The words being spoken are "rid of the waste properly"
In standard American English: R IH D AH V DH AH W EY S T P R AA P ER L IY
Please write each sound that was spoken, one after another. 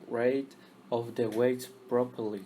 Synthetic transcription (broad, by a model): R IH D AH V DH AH W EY T P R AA P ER L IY